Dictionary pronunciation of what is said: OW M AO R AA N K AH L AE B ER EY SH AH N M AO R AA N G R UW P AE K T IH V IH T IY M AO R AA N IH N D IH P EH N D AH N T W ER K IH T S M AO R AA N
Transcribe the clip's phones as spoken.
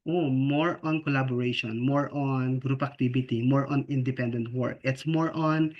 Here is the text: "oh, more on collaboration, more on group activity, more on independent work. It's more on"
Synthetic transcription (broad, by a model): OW M AO R AA N K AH L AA B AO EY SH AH N M AO R AA N G R UW P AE K T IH B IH T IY M AO R AA N IH N D IH P EH N D AH N T W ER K IH T S M AO R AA N